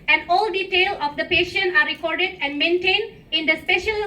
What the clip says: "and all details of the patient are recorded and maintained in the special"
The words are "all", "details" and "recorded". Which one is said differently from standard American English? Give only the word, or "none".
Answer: details